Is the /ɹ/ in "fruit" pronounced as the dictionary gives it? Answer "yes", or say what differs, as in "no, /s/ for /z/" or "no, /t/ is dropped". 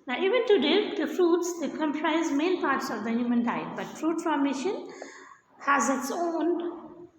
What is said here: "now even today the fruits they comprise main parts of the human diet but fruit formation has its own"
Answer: yes